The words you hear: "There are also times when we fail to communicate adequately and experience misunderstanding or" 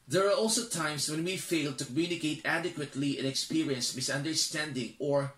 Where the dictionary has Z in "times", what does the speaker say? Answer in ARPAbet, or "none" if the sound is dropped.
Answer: S